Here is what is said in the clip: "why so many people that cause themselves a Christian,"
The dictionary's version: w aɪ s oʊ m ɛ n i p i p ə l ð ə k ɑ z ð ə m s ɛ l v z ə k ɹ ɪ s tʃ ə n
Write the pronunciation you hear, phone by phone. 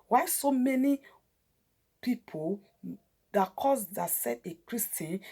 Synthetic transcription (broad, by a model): w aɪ s oʊ m ɛ n i p i p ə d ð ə k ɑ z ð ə s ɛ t ə k ɹ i s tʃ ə n